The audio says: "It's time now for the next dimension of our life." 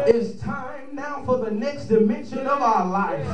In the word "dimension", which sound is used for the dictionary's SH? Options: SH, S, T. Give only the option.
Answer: SH